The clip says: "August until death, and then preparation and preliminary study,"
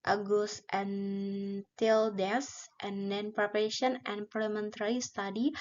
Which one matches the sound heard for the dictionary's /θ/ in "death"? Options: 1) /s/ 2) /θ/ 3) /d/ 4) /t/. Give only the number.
1